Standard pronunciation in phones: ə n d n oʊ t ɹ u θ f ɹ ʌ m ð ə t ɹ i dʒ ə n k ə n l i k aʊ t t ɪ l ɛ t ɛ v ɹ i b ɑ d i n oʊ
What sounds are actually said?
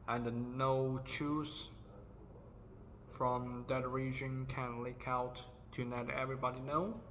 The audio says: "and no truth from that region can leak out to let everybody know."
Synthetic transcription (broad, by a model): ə n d n oʊ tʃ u s f ɹ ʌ m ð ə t ɹ i dʒ ə n k ə n l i k aʊ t t ɪ n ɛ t ɛ v ɹ i b ɑ d i n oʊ